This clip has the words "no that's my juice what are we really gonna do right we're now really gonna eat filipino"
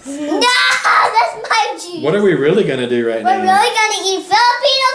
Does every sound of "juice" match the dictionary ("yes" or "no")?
no